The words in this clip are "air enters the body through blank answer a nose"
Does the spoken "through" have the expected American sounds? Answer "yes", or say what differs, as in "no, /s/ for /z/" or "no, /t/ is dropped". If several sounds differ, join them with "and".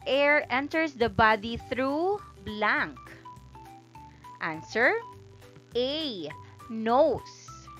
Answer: yes